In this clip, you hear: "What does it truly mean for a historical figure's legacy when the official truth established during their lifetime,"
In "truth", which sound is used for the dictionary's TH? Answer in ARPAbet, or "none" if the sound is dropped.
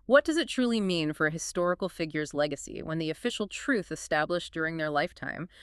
TH